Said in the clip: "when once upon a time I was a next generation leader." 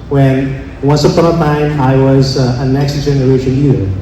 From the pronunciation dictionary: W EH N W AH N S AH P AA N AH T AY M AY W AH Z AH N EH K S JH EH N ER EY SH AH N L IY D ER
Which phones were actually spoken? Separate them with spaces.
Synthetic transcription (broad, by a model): W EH N W AH N S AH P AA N AH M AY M AY W AH Z AH N EH K S JH EH N ER EY SH AH N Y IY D